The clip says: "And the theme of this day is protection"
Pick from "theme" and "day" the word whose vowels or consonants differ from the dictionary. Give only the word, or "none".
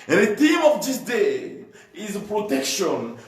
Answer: theme